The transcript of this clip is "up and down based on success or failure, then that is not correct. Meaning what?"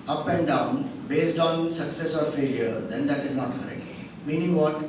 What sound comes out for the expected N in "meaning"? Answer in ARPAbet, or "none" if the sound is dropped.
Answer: N